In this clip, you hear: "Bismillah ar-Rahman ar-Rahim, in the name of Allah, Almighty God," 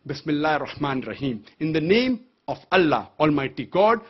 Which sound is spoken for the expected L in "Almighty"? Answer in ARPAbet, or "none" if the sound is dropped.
L